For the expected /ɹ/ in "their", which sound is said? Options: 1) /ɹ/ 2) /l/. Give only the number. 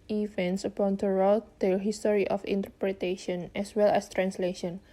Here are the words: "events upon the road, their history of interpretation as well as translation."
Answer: 2